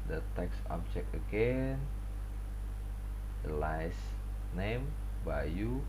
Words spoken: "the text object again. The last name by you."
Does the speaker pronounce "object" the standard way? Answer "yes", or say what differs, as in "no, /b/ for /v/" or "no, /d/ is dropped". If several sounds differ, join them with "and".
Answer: no, /t/ is dropped